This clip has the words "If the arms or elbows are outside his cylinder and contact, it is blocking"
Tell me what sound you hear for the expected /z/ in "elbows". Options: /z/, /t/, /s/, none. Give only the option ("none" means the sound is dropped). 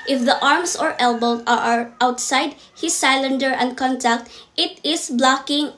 none